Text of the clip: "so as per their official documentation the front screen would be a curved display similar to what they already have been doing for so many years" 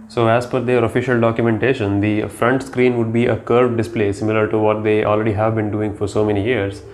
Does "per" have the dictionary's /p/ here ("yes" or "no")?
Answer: no